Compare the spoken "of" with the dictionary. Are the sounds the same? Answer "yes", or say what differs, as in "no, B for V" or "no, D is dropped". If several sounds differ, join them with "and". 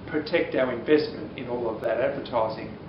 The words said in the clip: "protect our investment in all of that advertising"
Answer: yes